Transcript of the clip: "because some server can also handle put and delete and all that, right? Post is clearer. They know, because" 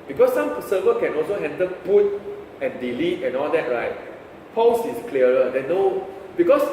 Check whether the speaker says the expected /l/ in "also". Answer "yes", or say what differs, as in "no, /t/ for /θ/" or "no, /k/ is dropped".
yes